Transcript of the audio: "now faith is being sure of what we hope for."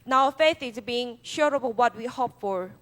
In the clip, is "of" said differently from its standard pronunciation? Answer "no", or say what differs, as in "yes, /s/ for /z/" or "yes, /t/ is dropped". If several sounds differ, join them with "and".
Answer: yes, /b/ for /v/